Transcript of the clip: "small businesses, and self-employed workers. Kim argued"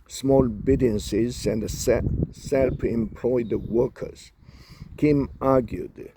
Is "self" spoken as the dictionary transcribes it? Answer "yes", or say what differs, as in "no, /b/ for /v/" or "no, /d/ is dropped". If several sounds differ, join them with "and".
no, /p/ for /f/